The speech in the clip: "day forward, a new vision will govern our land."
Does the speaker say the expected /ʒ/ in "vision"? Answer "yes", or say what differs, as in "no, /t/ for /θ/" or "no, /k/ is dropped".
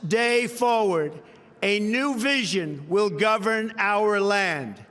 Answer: yes